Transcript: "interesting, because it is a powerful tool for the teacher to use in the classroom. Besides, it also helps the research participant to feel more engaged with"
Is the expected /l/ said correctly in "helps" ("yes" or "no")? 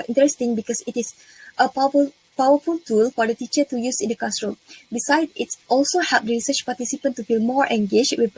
no